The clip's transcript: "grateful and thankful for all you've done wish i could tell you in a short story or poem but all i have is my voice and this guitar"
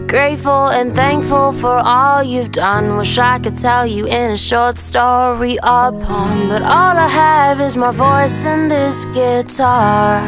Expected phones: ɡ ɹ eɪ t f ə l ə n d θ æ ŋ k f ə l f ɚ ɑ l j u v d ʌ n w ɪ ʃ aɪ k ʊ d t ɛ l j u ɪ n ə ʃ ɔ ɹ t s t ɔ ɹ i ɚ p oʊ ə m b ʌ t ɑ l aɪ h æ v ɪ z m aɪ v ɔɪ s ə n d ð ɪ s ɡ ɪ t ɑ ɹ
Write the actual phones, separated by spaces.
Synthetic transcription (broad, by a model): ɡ ɹ eɪ t f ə l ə n θ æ ŋ k f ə l f ɚ ɑ l j u v d ʌ n w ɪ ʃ aɪ k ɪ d t ɛ l j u ɪ n ə ʃ ɔ ɹ t s t ɔ ɹ i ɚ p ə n b ʌ t ɑ l aɪ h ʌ v ɪ z m aɪ v ɔɪ s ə n ð ɪ s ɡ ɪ t ɑ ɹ